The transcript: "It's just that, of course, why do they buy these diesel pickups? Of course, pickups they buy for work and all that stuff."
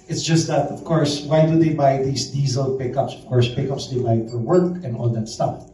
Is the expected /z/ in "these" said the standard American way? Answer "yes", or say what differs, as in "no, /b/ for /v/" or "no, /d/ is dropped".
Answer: no, /s/ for /z/